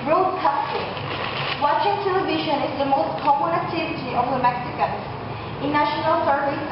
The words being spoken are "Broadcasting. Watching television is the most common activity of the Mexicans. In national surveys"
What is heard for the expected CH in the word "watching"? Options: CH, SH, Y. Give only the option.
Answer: SH